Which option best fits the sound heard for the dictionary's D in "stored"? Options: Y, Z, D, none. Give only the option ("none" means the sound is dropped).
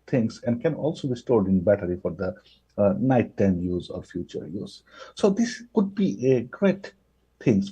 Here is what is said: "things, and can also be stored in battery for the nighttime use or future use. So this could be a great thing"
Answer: D